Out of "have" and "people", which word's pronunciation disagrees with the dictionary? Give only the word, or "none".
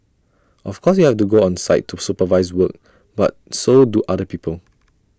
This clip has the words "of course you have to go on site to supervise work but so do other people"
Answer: have